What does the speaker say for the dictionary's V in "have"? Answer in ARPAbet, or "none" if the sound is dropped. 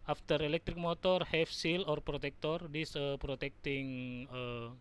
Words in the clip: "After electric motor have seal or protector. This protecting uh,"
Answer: F